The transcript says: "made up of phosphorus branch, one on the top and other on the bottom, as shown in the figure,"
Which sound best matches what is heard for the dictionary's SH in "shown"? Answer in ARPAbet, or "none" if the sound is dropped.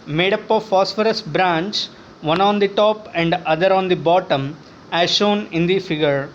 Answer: SH